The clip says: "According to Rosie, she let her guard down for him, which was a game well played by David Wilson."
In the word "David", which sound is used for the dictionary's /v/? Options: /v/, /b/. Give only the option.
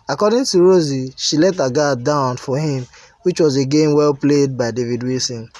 /v/